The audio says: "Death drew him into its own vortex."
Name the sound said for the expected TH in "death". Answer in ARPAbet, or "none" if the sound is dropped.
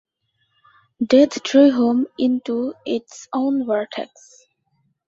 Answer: T